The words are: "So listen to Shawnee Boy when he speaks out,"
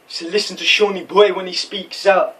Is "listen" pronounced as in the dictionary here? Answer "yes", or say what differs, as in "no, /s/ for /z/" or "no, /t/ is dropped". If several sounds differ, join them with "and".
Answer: yes